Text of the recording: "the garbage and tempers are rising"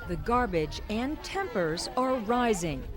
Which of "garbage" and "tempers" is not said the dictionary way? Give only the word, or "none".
none